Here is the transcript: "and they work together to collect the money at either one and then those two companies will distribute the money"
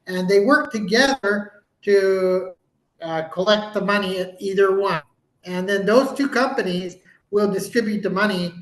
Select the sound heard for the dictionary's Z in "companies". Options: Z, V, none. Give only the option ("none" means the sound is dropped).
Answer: Z